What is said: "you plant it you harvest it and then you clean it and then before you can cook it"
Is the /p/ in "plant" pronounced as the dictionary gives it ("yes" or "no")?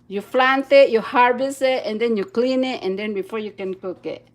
no